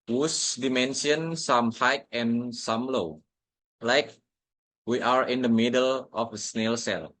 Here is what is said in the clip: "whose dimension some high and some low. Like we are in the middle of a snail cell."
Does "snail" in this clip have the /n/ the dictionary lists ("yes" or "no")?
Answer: yes